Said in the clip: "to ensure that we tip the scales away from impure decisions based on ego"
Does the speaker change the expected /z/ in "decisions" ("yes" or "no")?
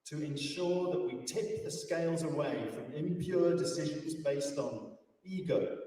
no